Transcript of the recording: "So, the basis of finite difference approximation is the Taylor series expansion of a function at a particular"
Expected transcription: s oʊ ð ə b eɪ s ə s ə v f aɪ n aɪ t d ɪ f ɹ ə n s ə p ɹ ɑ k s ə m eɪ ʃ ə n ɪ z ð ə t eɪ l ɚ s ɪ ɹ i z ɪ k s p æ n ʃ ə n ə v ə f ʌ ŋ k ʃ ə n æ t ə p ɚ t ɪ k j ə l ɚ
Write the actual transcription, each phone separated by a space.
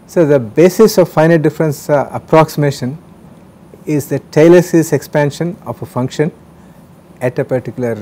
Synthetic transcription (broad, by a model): s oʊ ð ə b eɪ s ə s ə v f aɪ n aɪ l d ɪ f ɹ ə n s ə p ɹ ɑ k s ə m eɪ ʃ ə n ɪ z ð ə t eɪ l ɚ s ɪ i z ɪ k s p æ n ʃ ə n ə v ə f ʌ ŋ k ʃ ə n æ t ə p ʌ t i k j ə l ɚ